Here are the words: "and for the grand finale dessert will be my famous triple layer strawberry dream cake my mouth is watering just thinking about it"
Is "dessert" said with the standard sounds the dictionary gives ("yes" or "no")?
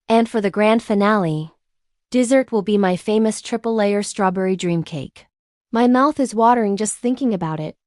yes